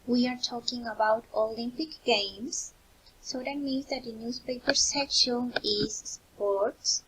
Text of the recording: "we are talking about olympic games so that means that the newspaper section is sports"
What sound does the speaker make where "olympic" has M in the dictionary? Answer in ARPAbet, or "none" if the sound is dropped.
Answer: M